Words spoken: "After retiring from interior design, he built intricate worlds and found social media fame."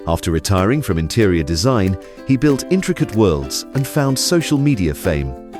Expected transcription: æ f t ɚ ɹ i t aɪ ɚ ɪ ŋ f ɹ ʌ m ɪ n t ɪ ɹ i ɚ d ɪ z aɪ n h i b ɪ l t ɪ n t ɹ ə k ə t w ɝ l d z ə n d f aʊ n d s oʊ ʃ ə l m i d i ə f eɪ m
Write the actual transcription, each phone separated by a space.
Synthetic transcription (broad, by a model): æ f t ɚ ɹ i t aɪ ɚ ɪ ŋ f ɹ ʌ m ɪ n t ɪ ɹ i ɚ d ɪ z aɪ n i b ɪ l t ɪ n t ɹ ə k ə t w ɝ l d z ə n f aʊ n d s oʊ ʃ ə l m i d i ə f eɪ m